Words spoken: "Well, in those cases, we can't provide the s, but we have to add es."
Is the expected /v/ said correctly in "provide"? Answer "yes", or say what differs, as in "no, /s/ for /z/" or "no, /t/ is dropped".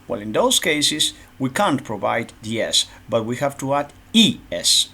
yes